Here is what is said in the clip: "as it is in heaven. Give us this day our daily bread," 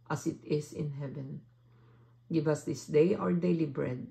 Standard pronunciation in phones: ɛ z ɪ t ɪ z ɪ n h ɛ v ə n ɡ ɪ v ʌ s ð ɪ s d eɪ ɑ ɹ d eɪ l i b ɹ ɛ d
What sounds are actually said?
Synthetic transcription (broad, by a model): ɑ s ɪ t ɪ s ɪ n h ɛ v ə n ɡ ɪ v ʌ s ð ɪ s d eɪ ɑ ɹ d eɪ l i b ɹ ɛ d